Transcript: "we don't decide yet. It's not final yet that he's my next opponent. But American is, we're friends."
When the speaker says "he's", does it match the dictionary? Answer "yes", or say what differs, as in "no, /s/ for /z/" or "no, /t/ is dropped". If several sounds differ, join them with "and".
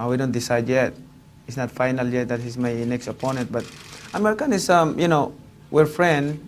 no, /s/ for /z/